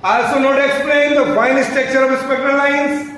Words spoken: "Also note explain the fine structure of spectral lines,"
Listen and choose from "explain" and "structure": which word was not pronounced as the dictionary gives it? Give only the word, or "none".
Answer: structure